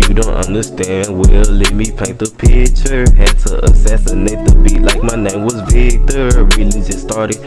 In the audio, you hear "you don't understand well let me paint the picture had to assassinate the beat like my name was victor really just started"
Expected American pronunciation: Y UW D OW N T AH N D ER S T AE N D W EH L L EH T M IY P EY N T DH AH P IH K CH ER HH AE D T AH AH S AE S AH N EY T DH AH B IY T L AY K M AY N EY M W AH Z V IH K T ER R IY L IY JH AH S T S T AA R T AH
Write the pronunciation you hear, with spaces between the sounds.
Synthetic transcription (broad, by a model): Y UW D OW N T AH N D ER S T AE N D W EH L L EH T M IY P EY N T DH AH P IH CH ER HH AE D T AH AH S AE S AH N EY T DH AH B IY T L AY K M AY N EY M W AH Z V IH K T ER R IY L IY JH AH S S T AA R T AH